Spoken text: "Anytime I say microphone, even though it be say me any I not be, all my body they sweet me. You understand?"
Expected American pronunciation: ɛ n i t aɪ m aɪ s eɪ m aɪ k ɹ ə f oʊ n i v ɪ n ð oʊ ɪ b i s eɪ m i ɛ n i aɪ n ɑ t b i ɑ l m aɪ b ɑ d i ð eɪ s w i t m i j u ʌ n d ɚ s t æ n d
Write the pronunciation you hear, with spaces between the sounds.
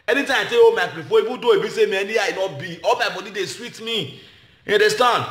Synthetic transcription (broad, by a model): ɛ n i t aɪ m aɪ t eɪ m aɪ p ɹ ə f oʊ i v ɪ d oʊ ɪ b i s eɪ m i ɛ n i aɪ n ɑ t b i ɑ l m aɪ b ɑ d i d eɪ s w i t m i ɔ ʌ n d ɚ s t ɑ n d